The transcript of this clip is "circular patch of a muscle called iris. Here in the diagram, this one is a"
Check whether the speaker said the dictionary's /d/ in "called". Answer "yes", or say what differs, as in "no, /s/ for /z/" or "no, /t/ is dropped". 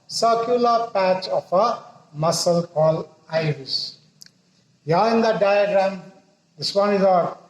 no, /d/ is dropped